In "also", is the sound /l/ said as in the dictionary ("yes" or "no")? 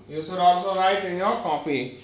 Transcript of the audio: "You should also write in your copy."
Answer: no